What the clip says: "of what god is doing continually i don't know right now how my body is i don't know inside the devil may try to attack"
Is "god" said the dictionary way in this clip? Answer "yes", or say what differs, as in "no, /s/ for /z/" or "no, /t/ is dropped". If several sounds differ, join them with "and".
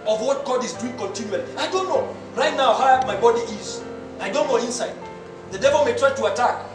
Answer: yes